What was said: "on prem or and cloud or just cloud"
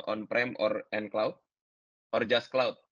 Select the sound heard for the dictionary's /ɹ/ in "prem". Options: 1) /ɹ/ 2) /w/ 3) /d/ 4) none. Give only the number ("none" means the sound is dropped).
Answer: 1